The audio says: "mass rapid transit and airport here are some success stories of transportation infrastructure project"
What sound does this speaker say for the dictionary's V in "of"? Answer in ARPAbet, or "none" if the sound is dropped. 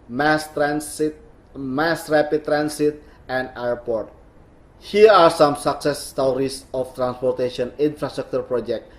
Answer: F